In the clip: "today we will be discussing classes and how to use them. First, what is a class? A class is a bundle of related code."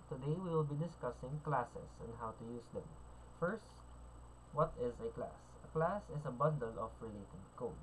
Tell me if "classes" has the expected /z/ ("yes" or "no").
no